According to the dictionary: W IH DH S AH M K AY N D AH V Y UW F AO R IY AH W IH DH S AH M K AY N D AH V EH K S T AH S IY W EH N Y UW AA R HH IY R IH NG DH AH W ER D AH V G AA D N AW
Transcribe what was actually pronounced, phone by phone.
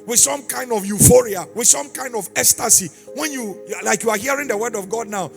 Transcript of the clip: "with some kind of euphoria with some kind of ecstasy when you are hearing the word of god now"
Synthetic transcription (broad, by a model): W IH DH S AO M K AY N D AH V Y UW F AO R IY AH W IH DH S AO M K AY N D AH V EH S T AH S IY W EH N Y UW AA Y HH IY R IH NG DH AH W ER D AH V G AA D N AW